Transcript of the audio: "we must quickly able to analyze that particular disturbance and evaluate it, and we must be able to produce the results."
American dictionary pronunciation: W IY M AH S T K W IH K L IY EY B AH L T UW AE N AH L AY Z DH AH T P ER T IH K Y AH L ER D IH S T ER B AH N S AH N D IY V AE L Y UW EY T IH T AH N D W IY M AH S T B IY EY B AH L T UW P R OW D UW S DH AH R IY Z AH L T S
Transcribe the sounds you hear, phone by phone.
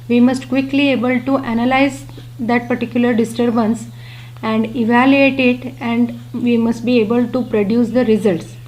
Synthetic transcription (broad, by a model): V IY M AH S T K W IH K L IY EY B AH L T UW AE N AH L AY Z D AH T P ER T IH K Y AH L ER D IH S T ER B AH N S AH N D IY V AE L Y UW EY T IH T AH N D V IY M AH S T B IY EY B AH L T UW P R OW D UW S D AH R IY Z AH L T S